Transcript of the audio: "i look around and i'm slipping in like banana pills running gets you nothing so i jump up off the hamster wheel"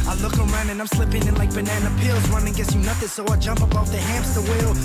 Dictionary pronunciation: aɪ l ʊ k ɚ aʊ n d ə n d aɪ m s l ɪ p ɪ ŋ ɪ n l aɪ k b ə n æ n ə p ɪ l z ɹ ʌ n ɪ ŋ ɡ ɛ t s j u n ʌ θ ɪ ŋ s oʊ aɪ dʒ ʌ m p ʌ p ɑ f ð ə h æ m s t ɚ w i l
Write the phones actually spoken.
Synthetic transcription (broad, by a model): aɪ l ʊ k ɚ aʊ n d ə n aɪ m s l ɪ p ɪ ŋ ɪ n l aɪ k b ə n æ n ə p ɪ l z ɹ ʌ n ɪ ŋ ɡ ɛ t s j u n ʌ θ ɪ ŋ s oʊ aɪ dʒ ʌ m p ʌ b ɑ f ð ə h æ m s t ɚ w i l